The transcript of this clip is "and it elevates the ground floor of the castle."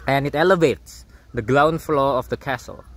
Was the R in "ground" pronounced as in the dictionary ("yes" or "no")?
no